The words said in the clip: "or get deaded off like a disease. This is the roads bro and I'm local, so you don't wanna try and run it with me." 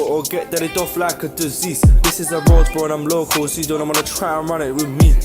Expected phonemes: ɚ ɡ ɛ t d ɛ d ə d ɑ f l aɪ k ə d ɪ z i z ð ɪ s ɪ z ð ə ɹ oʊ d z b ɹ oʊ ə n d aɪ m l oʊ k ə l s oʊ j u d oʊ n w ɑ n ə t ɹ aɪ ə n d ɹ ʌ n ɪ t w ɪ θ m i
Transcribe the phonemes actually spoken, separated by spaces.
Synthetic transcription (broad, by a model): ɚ ɡ ɛ t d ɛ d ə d ɑ f l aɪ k ə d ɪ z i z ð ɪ s ɪ z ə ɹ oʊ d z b oʊ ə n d aɪ m l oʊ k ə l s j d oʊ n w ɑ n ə t ɹ aɪ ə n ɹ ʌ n ɪ t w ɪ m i